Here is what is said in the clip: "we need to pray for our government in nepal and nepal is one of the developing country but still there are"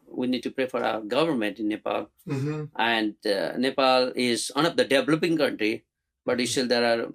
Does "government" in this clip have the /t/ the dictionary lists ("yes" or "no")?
yes